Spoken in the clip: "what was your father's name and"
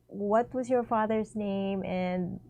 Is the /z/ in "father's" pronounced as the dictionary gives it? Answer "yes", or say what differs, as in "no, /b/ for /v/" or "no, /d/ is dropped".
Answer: yes